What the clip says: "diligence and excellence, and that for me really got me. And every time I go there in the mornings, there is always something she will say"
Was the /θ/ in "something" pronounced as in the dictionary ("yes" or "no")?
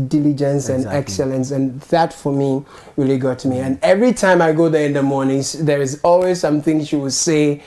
yes